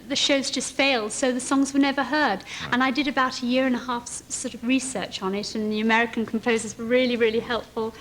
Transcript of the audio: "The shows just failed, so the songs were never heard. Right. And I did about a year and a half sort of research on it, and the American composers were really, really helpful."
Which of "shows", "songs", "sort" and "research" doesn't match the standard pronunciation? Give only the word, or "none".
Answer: none